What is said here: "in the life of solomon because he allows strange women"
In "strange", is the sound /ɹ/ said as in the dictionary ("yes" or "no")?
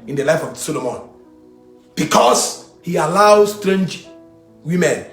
yes